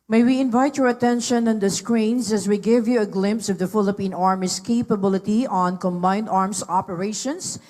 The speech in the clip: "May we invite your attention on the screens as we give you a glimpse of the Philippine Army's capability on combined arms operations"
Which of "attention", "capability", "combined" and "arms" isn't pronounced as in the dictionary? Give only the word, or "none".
arms